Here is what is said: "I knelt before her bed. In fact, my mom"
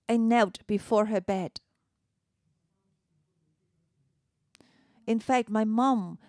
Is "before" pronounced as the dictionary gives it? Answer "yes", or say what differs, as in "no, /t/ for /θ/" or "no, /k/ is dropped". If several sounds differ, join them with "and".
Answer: yes